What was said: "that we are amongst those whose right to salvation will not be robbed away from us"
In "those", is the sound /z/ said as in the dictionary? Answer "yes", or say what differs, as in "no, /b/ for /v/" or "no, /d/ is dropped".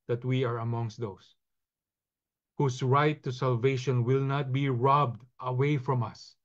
no, /s/ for /z/